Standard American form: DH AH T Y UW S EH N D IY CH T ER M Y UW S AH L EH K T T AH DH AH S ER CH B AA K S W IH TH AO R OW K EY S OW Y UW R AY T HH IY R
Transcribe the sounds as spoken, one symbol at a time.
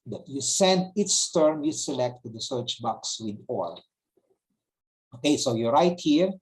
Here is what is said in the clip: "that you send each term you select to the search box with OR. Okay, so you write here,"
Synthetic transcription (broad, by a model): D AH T Y UW S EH N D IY S T ER M Y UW S AH L EH K T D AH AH S ER CH B AA K S W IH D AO L OW K EY S OW Y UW R AY T HH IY R